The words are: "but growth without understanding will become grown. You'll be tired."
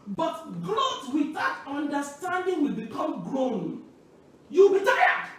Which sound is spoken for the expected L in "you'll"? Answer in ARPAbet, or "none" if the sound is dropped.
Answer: W